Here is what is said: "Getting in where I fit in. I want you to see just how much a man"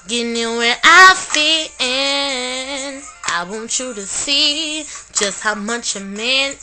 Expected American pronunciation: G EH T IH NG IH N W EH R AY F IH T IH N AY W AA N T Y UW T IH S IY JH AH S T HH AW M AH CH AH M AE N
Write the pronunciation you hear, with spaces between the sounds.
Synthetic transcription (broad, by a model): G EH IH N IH W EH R AY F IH IH N AY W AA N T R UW T IH S IY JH AH S T HH AW M AH CH AH M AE N